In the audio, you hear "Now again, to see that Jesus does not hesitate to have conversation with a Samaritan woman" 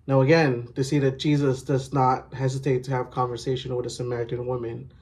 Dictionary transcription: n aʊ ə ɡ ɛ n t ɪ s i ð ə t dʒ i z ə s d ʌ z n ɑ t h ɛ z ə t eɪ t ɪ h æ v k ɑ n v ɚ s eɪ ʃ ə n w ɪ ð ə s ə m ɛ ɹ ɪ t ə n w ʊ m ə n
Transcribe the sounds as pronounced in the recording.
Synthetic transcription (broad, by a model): n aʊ ə ɡ ɛ n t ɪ s i ð ə t dʒ i z ə s d ʌ z n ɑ t h ɛ z ə t eɪ t ɪ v k ɑ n v ɚ s eɪ ʃ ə n w ɪ ð ə s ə m ɛ ɹ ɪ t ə n w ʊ m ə n